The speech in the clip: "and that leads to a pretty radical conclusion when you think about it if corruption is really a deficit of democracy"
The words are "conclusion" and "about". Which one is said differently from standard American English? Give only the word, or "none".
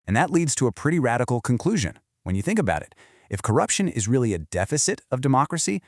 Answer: none